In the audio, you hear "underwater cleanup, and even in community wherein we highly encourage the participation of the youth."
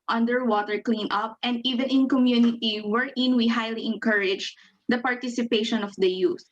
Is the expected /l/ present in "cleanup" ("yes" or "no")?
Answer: yes